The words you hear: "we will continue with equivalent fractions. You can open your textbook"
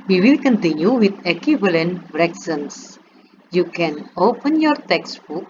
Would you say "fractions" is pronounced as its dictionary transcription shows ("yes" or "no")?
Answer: no